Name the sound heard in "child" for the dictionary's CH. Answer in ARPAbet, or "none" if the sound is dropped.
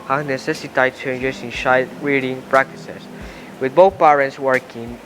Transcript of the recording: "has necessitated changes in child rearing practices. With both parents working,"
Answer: SH